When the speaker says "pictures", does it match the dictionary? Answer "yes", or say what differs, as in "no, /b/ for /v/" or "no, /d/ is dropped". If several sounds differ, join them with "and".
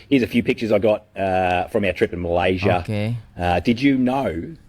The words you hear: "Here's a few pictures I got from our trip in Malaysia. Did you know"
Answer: yes